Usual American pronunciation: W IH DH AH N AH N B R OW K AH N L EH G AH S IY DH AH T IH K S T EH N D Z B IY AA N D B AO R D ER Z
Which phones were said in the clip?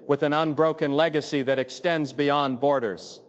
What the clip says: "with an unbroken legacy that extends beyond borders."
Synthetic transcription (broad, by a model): W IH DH AH N AH N B R OW K AH N L EH G AH S IY DH AH T IH K S T EH N D Z B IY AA N B AO R D ER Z